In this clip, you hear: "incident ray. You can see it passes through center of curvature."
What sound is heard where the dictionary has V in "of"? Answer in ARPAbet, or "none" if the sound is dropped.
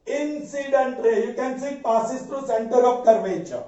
P